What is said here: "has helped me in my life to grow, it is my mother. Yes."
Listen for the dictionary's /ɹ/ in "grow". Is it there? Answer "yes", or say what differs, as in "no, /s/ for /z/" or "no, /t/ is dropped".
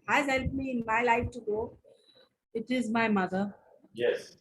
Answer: no, /ɹ/ is dropped